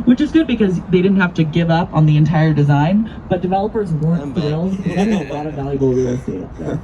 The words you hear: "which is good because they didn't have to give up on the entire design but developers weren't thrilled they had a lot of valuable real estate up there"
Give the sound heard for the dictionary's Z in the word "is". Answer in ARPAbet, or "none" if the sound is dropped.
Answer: Z